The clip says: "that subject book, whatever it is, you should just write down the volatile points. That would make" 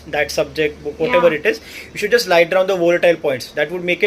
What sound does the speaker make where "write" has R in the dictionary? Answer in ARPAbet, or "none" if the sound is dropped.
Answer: L